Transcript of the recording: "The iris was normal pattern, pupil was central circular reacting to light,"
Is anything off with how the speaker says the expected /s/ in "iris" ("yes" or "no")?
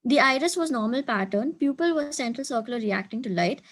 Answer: no